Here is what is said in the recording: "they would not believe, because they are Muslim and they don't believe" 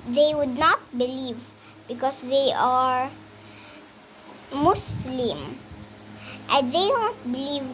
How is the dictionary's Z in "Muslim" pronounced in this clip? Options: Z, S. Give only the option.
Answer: S